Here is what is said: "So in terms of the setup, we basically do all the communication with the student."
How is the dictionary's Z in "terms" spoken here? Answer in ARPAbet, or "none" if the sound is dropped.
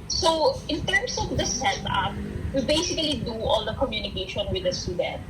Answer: S